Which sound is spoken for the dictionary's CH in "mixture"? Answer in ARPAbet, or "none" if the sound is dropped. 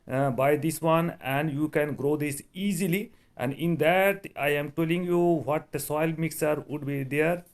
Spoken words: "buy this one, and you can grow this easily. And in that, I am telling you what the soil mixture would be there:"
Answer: none